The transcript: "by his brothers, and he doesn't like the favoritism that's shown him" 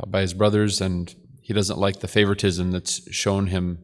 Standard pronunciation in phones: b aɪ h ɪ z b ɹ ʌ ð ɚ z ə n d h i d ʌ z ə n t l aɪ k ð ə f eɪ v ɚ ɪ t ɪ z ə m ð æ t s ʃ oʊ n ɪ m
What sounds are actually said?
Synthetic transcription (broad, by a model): b aɪ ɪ z b ɹ ʌ ð ɚ z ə n h i d ʌ z ə n t l aɪ k ð ə f eɪ v ɚ ɪ t ɪ z ə m ð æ t s ʃ oʊ n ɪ m